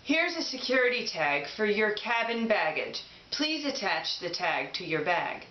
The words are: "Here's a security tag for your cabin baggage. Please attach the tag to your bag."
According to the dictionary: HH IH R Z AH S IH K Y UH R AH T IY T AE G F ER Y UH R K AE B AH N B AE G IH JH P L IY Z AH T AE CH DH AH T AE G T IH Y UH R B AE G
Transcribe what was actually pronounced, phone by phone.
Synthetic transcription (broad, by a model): HH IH R Z AH S IH K Y UH R AH T IY T AE G F ER Y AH R K AE B AH N B AE G IH JH P L IY Z AH T AE CH DH AH T AE G T IH Y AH R B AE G